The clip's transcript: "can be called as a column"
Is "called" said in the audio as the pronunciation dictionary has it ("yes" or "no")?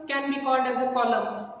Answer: no